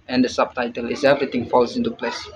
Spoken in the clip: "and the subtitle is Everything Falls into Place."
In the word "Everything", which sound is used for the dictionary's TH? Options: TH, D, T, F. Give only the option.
T